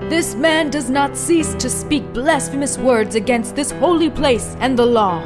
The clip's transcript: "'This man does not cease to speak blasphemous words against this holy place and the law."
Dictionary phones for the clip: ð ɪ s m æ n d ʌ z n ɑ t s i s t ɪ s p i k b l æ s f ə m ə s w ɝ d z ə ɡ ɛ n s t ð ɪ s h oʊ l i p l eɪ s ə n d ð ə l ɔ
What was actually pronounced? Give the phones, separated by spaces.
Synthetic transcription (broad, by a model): ð ɪ s m æ n d ʌ z n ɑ t s i s t ɪ s p i k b l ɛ s f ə m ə s w ɝ d z ə ɡ ɛ n s t ð ɪ s h oʊ l i p l eɪ s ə n ð ə l ɔ